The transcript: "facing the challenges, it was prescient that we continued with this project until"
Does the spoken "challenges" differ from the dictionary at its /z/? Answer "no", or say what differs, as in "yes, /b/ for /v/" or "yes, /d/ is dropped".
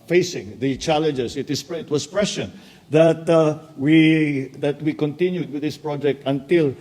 yes, /s/ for /z/